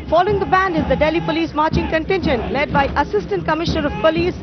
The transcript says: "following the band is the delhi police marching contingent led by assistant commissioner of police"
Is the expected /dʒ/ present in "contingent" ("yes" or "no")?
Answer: no